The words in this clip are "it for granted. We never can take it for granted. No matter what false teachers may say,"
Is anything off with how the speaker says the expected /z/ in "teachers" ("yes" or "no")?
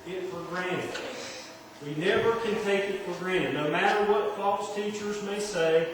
no